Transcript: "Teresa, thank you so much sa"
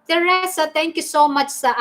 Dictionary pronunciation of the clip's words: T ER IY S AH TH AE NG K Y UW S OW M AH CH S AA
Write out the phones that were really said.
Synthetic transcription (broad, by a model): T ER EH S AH T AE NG K Y UW S OW M AH CH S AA